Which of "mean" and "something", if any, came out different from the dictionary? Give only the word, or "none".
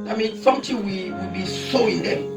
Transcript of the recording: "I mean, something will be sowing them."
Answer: something